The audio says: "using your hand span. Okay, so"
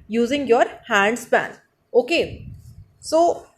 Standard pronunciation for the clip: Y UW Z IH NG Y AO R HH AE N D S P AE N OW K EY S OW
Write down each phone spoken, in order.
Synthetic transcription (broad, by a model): Y UW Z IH NG Y AO R HH AE N D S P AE N OW K EY S OW